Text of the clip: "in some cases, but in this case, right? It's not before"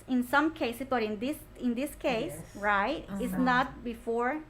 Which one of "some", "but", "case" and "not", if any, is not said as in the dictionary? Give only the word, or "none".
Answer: none